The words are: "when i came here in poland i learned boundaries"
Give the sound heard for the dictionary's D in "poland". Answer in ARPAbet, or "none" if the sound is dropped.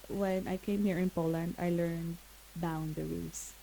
D